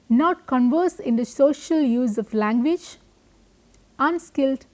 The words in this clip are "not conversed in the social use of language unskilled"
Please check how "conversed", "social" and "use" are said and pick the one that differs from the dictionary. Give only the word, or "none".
conversed